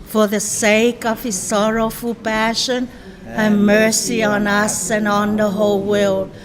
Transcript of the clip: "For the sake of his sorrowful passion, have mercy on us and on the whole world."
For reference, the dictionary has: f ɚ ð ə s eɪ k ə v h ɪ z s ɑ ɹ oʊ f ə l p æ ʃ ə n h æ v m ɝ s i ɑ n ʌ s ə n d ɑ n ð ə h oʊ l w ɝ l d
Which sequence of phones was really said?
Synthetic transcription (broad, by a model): f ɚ ð ə s eɪ k ə v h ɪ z s ɑ ɹ oʊ f ə l p æ ʃ ə n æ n m ɝ s i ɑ n ʌ s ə n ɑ n ð ə h oʊ l w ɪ l